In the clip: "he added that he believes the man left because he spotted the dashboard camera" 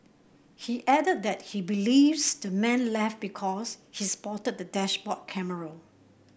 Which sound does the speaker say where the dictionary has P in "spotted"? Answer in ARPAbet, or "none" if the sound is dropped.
P